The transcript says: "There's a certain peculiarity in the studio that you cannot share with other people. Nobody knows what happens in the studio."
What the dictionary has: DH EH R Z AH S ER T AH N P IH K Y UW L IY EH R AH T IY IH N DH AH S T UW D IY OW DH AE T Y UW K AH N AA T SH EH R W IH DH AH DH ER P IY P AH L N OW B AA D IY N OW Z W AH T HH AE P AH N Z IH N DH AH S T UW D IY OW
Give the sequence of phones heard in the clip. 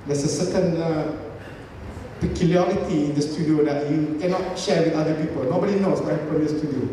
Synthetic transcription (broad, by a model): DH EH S AH S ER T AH N P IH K Y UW L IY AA R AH T IY IH N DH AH S T UW D IY OW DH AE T Y UW K AH N AA T SH EH R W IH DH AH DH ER P IY P AH L N OW B AA D IY N OW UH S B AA AH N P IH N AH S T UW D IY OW